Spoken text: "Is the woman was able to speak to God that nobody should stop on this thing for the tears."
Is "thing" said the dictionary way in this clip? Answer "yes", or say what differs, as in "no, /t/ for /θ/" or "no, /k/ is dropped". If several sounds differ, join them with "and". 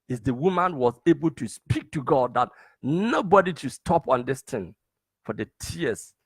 no, /t/ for /θ/